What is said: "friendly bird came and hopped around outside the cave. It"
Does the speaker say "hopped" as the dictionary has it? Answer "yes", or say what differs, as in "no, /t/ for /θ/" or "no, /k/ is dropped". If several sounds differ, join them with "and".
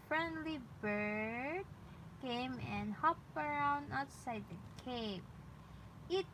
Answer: no, /t/ is dropped